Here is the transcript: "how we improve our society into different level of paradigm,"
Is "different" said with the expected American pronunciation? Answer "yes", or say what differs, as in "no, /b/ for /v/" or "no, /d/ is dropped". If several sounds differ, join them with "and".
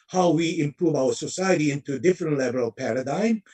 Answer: yes